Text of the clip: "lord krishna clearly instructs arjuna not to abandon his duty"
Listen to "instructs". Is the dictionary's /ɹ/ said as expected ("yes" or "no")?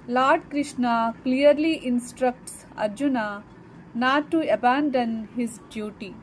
yes